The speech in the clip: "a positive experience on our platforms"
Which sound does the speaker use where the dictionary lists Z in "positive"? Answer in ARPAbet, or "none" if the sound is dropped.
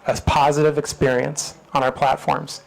Z